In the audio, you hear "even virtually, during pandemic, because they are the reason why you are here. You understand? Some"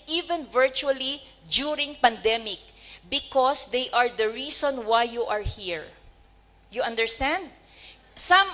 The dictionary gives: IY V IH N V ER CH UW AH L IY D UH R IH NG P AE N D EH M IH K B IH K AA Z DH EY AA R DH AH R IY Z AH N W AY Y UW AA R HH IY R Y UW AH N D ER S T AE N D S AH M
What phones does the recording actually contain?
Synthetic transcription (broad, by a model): IY V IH N V ER CH UW AH L IY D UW R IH NG P AE N D EH M IH K B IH K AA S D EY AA R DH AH R IY S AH N W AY Y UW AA R HH IY R Y UW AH N D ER S T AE N D S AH M